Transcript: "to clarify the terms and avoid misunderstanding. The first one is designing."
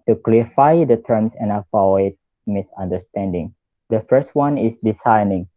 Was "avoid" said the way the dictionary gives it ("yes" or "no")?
no